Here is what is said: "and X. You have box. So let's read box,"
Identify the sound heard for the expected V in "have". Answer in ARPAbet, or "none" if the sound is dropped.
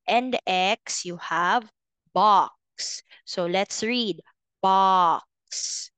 V